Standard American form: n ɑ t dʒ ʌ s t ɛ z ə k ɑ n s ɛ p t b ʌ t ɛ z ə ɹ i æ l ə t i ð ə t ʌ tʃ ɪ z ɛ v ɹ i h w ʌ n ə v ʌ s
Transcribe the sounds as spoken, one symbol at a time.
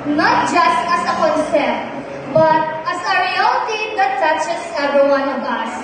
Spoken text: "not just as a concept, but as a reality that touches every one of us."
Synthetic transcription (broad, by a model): n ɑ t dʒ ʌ s t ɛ s ə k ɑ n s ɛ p b ʌ t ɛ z ə ɹ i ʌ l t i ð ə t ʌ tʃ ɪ s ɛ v i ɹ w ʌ n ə b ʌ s